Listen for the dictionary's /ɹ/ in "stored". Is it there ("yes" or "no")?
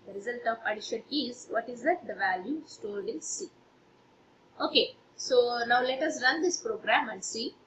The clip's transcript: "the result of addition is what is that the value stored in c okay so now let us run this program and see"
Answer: no